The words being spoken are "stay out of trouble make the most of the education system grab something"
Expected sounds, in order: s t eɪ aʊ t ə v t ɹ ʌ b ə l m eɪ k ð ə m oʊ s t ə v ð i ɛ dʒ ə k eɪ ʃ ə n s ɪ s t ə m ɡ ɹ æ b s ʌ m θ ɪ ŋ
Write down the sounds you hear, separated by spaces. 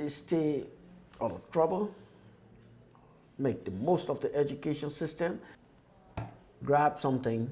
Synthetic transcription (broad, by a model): s t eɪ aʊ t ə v t ɹ ʌ b ə l m eɪ k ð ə m oʊ s t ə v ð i ɛ dʒ ə k eɪ ʃ ə n s ɪ s t ə m ɡ ɹ æ b s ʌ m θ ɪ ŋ